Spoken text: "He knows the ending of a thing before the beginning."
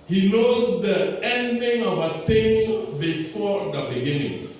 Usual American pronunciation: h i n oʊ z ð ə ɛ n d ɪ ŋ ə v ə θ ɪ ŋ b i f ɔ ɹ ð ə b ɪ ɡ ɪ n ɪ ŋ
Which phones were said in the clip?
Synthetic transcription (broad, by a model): h i n oʊ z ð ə ɛ n d ɪ ŋ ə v ə t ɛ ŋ b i f ɔ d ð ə b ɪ ɡ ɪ n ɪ ŋ